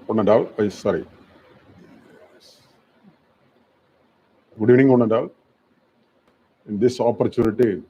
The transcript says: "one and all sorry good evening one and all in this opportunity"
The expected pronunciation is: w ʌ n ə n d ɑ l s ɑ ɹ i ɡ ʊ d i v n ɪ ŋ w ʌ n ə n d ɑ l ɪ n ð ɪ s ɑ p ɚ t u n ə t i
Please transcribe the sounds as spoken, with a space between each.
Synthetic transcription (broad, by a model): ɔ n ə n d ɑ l s ɑ ɹ i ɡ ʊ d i n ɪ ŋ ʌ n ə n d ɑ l ɪ n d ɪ s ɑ p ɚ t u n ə t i